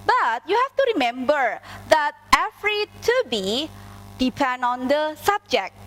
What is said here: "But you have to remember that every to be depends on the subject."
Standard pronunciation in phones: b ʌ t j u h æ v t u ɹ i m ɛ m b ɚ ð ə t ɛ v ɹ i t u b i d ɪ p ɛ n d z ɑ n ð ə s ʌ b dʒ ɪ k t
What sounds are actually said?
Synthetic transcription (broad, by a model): b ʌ t j u h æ f t u ɹ i m ɛ m b ɚ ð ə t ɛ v ɹ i t u b i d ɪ p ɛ n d ɑ n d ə s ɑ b dʒ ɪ k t